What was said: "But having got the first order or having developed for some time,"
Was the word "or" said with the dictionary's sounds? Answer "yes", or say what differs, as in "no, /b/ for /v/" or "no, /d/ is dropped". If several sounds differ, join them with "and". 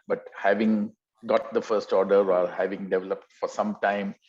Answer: no, /l/ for /ɹ/